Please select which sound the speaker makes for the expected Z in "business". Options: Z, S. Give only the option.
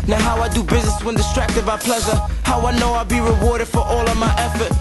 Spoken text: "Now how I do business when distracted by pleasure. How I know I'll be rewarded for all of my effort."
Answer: Z